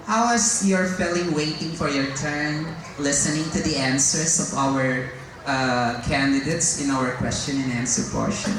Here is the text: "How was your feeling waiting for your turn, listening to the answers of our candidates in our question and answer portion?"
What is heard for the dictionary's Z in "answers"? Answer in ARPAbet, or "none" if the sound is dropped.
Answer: S